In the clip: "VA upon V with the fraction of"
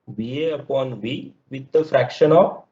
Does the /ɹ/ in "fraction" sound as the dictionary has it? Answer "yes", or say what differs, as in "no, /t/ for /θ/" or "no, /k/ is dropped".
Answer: yes